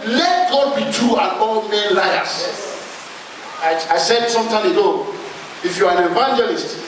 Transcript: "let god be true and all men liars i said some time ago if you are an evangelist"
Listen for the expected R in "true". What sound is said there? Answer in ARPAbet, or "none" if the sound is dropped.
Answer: none